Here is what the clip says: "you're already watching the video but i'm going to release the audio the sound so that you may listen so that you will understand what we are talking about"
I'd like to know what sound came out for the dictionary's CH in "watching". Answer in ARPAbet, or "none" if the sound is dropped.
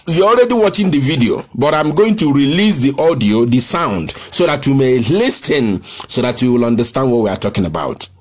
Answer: CH